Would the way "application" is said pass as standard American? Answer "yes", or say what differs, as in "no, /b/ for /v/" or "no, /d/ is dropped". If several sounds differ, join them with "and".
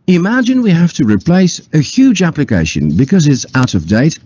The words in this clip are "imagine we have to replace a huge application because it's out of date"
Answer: yes